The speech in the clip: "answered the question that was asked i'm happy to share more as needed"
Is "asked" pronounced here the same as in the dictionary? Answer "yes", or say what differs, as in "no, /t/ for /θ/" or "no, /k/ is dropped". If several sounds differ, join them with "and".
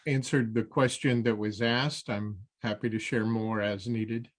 yes